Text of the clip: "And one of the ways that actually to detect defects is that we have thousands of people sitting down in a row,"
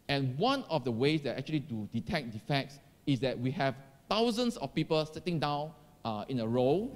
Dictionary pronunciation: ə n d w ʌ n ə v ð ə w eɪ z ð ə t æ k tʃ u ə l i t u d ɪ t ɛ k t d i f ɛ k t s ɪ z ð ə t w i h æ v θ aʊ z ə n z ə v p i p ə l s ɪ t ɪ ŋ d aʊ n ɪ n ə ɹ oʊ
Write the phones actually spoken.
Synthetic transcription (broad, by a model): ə n w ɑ n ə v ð ə w eɪ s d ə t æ k tʃ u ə l i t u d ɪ t ɛ k d i f ɛ k t s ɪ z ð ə t w i h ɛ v t aʊ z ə n s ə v p i p ə l s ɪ t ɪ ŋ d aʊ n ɪ n ə ɹ oʊ